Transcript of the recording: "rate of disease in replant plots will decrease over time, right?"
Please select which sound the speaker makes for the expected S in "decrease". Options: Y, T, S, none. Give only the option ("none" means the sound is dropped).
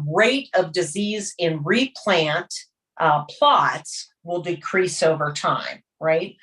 S